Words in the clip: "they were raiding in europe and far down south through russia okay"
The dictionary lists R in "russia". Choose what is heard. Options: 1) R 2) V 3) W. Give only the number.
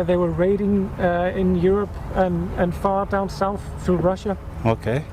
1